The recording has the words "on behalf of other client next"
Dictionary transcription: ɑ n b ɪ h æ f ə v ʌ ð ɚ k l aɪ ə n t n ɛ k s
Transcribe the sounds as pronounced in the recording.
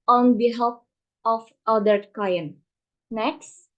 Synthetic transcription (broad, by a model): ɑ n b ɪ h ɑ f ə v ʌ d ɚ k aɪ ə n n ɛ k s